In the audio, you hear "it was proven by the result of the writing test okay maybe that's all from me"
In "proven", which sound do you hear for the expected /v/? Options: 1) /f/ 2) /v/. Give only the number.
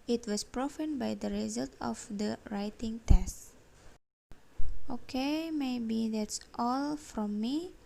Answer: 1